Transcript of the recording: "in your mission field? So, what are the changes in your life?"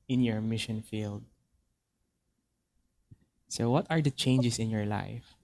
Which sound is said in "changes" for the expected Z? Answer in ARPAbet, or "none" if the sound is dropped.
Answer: S